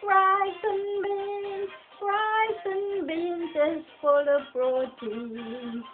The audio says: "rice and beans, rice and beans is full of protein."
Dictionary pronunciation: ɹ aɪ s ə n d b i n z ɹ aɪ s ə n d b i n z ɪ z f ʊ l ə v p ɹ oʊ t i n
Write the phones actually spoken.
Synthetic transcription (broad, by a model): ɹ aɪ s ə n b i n ɹ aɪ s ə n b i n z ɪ s f ʊ l ə v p ɹ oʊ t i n